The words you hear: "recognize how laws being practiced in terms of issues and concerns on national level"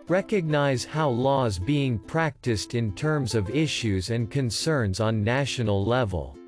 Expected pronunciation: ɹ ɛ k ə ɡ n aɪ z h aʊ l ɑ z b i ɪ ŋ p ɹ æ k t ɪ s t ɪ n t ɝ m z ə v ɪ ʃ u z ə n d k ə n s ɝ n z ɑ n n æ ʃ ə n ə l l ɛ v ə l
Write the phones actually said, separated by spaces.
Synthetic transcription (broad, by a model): ɹ ɛ k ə ɡ n aɪ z h aʊ l ɑ z b i ɪ ŋ p ɹ æ k t ɪ s t ɪ n t ɝ m z ə v ɪ ʃ u z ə n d k ə n s ɝ n z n n æ ʃ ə n l l ɛ v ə l